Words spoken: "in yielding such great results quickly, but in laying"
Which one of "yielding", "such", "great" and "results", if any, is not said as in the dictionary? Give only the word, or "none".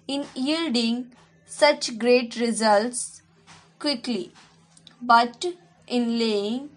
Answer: none